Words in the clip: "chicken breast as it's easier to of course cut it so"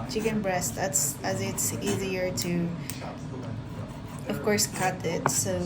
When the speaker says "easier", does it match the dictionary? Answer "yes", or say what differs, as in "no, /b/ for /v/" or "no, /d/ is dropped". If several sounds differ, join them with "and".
yes